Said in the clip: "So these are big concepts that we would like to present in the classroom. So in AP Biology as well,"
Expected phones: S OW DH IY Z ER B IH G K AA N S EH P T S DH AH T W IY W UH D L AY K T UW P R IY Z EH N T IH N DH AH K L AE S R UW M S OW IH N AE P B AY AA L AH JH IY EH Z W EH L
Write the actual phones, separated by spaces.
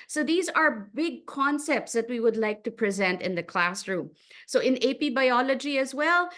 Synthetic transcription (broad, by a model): S OW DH IY Z ER B IH G K AA N S EH P T S DH AH T W IY W UH D L AY K T UW P R IY Z EH N T IH N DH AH K L AE S R UW M S OW IH N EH P B AY AA L AH JH IY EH Z W EH L